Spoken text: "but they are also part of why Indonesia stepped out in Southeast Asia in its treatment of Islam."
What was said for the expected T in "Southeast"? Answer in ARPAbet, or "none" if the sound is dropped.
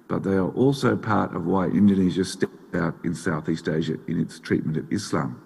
T